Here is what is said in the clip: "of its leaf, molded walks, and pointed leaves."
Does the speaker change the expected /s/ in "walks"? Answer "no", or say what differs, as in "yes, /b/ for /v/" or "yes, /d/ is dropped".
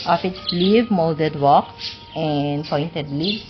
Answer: yes, /s/ is dropped